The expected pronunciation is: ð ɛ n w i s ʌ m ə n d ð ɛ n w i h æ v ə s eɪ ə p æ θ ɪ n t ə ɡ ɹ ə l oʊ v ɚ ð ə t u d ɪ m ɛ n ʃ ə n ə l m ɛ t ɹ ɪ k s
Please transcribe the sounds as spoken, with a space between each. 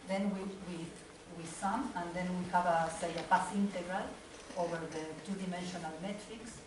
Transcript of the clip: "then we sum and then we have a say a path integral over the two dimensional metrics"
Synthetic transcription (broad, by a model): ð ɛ n w i s ʌ m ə n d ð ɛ n w i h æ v ə s eɪ ə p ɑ s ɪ n t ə ɡ ɹ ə l oʊ v ɚ ð ə t u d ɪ m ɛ n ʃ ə n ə l m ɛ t ɹ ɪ k s